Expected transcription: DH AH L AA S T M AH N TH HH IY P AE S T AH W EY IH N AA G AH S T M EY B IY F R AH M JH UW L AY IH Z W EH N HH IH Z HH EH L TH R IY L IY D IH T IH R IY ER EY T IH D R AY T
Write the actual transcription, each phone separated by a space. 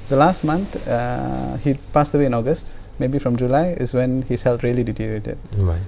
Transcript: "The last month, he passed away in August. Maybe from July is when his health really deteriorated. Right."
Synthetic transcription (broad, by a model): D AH L AA S T M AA N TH HH IY P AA S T AH W EY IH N AA G AH S T M EY B IY F R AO M JH UW L AY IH S W EH N HH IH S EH L T R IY L IY D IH T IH R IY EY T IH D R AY